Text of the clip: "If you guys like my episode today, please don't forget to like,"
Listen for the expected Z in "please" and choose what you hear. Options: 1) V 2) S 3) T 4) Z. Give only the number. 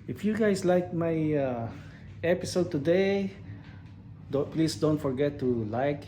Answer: 2